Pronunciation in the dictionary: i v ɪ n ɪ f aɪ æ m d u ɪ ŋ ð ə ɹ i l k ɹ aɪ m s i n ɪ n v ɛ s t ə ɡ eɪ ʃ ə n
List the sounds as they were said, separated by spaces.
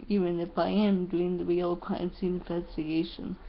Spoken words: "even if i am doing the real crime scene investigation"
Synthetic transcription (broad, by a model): i v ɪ n ɪ f aɪ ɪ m d u ɪ ŋ ð ə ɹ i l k l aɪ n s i ɪ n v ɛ s t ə ɡ eɪ ʃ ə n